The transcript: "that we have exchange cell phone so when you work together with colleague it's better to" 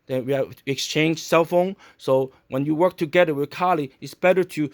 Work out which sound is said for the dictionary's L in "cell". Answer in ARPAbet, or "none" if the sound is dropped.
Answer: L